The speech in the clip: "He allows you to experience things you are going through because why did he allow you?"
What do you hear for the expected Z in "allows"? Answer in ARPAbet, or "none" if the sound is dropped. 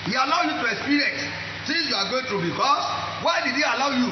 none